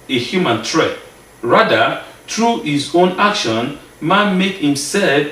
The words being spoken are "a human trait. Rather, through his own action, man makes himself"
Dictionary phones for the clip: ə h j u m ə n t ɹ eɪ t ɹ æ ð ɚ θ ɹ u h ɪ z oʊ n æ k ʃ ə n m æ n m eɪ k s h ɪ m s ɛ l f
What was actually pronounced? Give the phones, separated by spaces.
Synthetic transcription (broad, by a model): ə h j u m ə n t ɹ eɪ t ɹ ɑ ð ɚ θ ɹ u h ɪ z oʊ n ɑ k ʃ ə n m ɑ n m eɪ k h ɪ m s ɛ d